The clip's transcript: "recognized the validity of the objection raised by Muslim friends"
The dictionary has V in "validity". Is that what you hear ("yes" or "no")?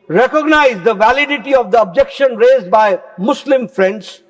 yes